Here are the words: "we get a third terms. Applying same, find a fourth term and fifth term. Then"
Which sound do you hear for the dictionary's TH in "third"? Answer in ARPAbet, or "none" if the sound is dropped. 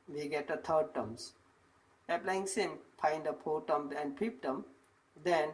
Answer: T